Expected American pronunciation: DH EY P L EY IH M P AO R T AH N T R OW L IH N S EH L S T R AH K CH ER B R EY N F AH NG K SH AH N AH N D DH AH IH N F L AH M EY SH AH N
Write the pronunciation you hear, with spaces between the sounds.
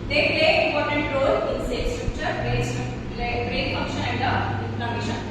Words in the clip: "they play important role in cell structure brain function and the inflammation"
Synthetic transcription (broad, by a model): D EY P L EY IH M P AO R T AH N T R OW L IH N S EH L S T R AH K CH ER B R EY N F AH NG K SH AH AH N D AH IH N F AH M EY SH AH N